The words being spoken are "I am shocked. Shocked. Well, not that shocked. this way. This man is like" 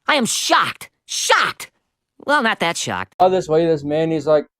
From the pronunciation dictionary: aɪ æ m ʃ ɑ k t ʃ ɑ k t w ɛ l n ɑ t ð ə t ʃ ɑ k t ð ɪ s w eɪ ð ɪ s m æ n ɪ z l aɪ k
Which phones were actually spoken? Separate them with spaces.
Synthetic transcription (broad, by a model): aɪ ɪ m ʃ ɑ k t ʃ ɑ k t w ɛ l n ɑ t ð ə t ʃ ɑ k t ð ɪ s w eɪ ð ɪ s m æ n ɪ z l aɪ k